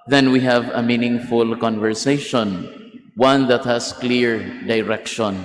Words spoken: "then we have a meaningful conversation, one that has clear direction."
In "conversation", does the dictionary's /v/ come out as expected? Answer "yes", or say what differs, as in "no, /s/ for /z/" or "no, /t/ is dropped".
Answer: yes